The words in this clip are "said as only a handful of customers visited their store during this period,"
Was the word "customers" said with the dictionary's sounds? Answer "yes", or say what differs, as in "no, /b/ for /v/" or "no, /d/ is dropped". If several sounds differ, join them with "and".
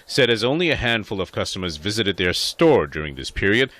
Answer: yes